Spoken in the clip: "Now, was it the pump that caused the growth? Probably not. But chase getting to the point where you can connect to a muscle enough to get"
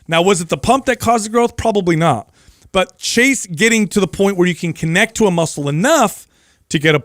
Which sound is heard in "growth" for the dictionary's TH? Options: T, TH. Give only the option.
TH